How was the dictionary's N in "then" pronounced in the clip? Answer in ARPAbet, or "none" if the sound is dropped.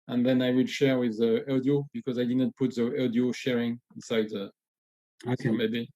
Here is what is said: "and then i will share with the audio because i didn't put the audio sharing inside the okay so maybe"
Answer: N